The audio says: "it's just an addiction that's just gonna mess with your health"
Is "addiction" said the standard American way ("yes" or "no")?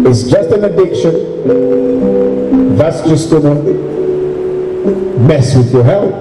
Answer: yes